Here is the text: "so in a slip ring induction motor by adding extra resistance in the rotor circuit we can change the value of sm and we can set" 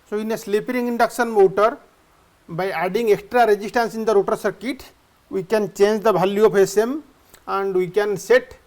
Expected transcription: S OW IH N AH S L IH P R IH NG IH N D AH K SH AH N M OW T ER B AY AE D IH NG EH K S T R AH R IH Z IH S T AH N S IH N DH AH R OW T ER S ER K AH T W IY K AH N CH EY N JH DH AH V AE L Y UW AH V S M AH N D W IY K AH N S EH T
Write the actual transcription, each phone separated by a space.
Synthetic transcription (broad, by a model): S OW IH N AH S L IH P R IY NG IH N D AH K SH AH N M OW T ER B AY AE D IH NG EH K S T R AH R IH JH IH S T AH N S IH N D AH R OW T ER S ER K AH T W IY K AH N CH EY N JH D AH B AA L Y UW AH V S M AH N D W IY K AH N S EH T